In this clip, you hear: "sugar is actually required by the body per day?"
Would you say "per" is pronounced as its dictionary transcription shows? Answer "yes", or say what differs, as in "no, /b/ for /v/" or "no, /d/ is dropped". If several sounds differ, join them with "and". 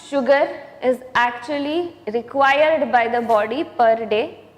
yes